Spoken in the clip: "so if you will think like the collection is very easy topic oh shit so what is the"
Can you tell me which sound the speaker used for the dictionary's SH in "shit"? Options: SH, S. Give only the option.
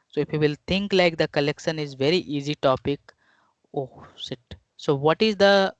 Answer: S